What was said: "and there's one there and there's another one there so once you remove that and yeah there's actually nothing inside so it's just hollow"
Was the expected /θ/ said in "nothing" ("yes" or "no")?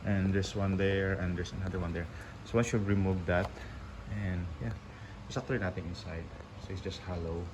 no